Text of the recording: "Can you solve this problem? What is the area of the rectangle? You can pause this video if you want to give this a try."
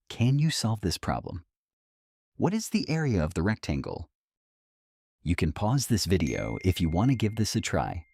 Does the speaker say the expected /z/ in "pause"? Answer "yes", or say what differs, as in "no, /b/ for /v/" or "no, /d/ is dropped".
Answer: yes